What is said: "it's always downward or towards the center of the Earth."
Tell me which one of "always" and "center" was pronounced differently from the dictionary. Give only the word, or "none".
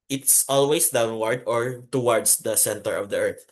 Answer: always